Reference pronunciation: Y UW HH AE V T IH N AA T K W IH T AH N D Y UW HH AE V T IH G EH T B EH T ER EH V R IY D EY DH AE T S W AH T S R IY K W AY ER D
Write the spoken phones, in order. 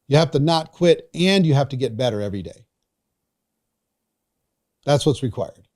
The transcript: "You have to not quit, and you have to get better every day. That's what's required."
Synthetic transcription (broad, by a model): Y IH HH AE F T IH N AA T K W IH T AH N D Y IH HH AE F T IH G EH T B EH T ER EH V R IY D EY DH AE T S W AH T S R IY K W AY ER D